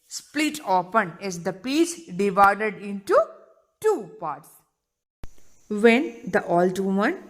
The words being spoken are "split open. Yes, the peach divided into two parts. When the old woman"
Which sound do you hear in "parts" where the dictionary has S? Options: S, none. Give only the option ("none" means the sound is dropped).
S